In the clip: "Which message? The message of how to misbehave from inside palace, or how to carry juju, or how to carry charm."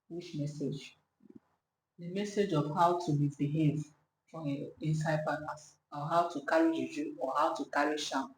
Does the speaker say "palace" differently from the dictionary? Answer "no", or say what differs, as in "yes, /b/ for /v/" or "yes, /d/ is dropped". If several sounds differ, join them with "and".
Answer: yes, /n/ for /l/